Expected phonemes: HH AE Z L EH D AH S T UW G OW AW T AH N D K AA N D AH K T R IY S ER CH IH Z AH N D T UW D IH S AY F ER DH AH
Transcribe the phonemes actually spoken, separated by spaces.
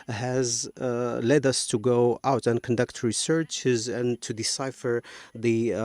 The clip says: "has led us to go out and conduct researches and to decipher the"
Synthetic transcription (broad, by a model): HH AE Z L EH D AH S T UW G OW AW T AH N K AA N D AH K T R IY S ER CH IH Z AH N T UW D IH S AY F ER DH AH